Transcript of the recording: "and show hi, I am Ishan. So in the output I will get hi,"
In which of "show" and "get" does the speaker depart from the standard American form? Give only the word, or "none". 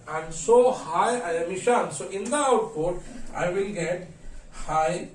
show